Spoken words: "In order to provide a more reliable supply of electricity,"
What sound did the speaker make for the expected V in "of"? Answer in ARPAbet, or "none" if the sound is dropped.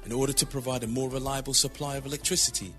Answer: V